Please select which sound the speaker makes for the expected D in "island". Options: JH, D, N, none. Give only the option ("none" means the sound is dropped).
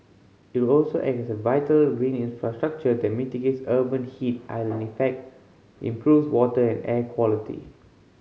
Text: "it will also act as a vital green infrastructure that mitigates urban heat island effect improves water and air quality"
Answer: none